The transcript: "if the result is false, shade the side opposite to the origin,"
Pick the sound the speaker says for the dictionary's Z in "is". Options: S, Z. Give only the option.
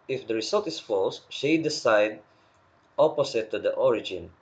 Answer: S